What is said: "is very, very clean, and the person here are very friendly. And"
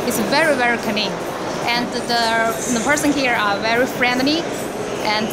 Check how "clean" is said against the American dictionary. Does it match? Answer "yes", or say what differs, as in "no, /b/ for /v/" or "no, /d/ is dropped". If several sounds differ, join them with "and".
no, /n/ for /l/ and /n/ is dropped